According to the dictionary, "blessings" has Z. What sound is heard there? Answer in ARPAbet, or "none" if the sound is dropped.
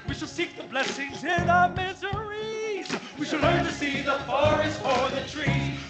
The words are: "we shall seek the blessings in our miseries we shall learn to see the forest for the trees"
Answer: Z